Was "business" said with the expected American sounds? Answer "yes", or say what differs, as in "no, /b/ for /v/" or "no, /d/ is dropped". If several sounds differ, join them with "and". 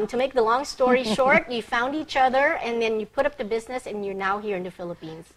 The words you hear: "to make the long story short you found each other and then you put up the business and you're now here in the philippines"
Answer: yes